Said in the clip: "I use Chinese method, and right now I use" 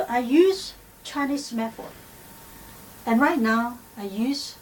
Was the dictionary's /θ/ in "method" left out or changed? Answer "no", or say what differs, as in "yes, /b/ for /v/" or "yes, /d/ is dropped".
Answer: yes, /f/ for /θ/